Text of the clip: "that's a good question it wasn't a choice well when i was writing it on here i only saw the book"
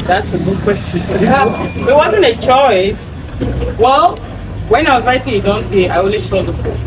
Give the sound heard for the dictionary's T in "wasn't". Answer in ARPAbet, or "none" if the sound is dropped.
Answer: none